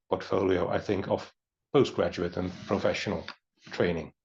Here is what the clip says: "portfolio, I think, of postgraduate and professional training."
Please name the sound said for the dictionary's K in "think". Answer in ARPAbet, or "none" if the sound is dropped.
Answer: K